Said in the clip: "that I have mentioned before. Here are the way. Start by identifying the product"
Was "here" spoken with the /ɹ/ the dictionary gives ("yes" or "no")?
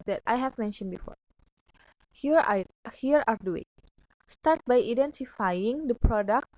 yes